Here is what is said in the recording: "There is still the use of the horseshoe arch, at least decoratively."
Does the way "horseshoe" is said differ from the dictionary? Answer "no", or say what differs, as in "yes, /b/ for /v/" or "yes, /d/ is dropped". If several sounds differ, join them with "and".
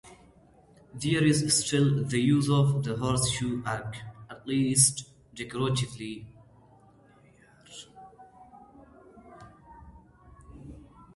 no